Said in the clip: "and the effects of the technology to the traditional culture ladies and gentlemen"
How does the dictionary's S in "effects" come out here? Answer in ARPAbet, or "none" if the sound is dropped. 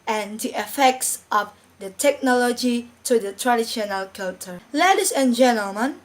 S